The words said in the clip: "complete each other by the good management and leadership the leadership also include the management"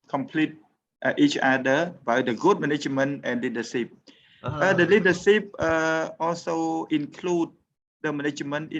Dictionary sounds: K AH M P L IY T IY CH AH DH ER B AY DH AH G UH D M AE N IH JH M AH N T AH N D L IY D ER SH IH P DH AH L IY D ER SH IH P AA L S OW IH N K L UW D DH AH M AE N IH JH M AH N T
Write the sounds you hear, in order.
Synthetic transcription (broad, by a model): K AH M P L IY T IY CH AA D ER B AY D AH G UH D M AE N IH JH M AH N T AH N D L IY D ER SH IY P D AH L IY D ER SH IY P AA L S OW IH N K L UW D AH M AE N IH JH M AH N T